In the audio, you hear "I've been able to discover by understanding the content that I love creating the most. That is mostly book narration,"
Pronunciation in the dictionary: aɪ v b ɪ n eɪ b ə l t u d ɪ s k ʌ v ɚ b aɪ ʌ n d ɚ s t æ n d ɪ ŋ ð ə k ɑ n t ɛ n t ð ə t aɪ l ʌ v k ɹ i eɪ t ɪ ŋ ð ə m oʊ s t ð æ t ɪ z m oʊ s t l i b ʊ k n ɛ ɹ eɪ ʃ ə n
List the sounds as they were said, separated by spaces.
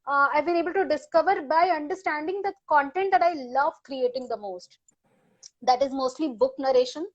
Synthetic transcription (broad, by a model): aɪ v b ɪ n eɪ b ə l t u d ɪ s k ʌ v ɚ b aɪ ʌ n d ɚ s t æ n d ɪ ŋ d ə k ɑ n t ɛ n t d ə t aɪ l ʌ v k ɹ i eɪ t ɪ ŋ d ə m oʊ s t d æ t ɪ z m oʊ s t l i b ʊ k n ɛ ɹ eɪ ʃ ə n